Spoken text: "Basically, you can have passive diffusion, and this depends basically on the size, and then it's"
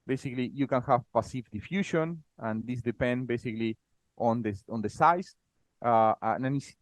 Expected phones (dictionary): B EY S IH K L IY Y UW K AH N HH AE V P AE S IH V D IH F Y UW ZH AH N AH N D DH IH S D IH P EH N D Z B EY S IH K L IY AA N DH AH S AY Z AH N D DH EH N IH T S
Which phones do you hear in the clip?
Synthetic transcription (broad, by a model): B EY S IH K L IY Y UW K AH N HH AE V P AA S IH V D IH F Y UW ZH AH N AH N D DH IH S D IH P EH N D B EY S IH K L IY AA N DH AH S AY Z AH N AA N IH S